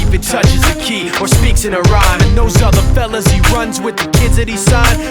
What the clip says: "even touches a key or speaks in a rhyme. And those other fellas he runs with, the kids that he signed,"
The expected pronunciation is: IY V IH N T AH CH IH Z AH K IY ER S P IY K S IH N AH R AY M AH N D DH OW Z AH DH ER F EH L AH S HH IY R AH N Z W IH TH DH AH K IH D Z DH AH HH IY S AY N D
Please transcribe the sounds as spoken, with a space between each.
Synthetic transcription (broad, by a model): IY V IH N T AH CH IH Z AH K IY ER S P IY K S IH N AH R AY M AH N DH OW Z AH DH ER F EH L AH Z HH IY R AH N Z W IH DH AH K IH D Z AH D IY S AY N